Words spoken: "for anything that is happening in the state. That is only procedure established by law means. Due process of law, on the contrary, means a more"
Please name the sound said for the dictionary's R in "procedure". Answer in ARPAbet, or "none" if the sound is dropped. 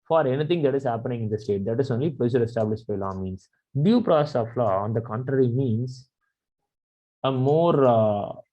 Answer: L